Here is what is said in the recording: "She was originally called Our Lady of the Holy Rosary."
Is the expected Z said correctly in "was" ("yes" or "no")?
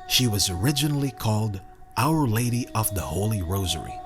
yes